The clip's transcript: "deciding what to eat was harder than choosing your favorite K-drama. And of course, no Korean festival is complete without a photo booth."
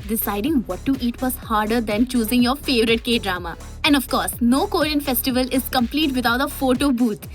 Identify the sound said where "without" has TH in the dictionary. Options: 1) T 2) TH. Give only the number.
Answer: 1